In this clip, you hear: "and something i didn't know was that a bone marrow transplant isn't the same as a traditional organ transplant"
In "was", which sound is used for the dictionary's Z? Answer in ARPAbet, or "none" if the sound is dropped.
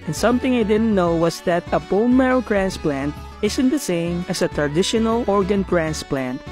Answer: S